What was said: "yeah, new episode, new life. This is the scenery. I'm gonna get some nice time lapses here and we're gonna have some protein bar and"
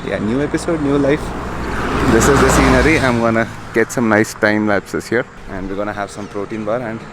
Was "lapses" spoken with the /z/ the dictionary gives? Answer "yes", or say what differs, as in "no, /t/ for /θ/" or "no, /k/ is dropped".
no, /s/ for /z/